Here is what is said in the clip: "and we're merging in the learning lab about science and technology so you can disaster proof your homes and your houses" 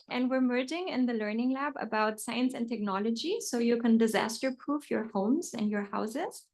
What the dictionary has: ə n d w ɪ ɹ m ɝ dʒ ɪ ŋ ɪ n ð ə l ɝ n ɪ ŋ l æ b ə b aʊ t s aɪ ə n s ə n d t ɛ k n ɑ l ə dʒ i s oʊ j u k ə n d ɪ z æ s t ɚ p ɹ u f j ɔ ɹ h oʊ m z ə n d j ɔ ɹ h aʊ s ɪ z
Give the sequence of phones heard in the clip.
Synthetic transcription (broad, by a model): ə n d w ɪ ɹ m ɝ dʒ ɪ ŋ ɪ n ð ə l ɝ n ɪ ŋ l æ b ə b aʊ t s aɪ ə n s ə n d t ɛ k n ɑ l ə dʒ i s oʊ j u k ə n d ɪ z æ s t ɚ p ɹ u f j ɔ ɹ h oʊ m z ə n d j ɔ ɹ h aʊ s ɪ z